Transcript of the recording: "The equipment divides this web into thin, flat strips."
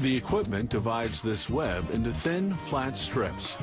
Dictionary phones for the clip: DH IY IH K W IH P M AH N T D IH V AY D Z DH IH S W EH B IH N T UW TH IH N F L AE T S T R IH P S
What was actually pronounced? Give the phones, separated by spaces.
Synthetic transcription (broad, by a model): DH IY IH K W IH P M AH N D IH V AY D Z DH IH S W EH B IH N T UW TH IH N F L AE T S T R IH P S